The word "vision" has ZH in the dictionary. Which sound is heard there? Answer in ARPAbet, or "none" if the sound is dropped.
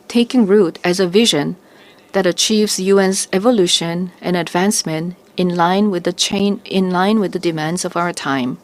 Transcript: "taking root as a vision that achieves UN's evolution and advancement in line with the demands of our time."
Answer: ZH